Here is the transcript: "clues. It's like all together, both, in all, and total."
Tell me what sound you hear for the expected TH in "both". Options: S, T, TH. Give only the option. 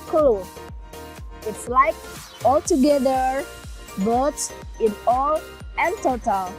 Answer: S